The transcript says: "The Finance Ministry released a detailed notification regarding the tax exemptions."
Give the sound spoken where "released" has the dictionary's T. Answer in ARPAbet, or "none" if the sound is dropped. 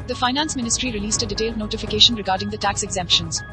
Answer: T